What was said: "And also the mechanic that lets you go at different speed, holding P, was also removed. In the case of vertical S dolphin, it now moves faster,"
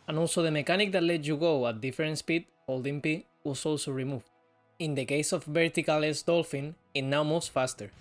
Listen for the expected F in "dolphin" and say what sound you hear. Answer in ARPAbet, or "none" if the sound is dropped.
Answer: F